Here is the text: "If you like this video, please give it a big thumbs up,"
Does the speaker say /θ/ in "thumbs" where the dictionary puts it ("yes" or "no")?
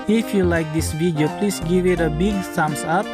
no